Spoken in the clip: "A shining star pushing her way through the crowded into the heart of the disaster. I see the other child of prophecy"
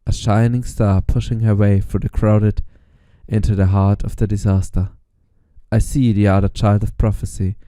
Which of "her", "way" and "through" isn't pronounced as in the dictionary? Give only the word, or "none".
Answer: through